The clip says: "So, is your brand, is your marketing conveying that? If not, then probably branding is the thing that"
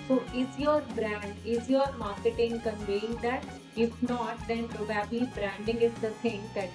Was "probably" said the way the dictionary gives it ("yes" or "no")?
no